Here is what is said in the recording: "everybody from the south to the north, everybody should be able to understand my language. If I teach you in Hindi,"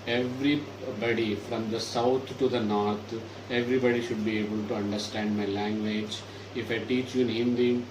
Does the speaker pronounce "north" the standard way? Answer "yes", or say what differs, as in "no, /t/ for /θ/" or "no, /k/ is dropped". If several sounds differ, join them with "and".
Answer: no, /t/ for /θ/